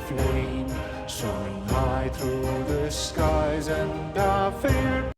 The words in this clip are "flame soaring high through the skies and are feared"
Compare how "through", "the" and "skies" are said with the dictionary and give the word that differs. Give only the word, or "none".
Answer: none